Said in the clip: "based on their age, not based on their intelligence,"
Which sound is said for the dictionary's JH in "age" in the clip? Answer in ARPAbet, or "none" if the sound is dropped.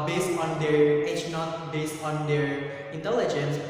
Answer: CH